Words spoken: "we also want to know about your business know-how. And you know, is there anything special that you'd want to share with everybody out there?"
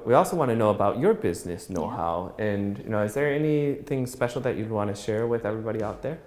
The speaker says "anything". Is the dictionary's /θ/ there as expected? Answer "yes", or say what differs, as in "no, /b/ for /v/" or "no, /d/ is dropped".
yes